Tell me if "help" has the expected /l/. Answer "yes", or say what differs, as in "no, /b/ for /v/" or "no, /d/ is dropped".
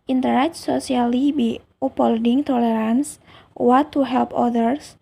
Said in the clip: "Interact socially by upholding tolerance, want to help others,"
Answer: yes